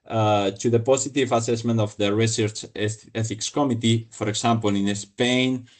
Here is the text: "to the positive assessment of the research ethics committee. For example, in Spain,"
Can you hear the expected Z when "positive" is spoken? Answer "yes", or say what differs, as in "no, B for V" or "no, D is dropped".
no, S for Z